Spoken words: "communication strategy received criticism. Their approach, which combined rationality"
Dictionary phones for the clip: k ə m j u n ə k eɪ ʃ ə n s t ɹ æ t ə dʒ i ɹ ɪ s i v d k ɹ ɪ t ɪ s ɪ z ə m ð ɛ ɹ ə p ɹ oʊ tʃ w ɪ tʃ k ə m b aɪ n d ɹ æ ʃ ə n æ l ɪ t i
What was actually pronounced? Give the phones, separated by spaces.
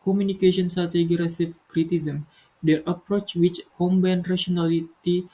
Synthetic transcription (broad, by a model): k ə m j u n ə k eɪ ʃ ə n s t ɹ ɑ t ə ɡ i ɹ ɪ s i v k ɹ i t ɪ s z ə m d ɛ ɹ ə p ɹ oʊ tʃ w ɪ tʃ k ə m b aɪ n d ɹ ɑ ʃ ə n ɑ l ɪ t i